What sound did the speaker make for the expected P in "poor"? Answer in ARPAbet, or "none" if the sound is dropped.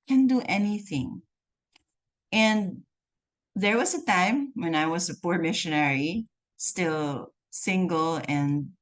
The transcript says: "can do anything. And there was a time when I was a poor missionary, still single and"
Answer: P